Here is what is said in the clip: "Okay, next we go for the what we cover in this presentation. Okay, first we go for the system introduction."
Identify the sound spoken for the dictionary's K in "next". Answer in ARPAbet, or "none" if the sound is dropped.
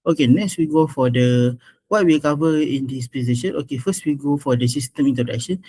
K